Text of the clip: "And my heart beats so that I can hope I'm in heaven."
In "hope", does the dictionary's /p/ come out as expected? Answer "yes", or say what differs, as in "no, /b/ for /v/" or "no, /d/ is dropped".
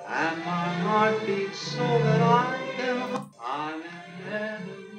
no, /p/ is dropped